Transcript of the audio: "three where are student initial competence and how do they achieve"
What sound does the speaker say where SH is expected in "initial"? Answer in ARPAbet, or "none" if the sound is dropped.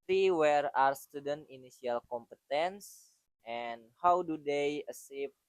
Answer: S